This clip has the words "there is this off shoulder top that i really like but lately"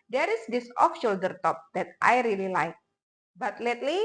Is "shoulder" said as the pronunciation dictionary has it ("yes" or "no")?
yes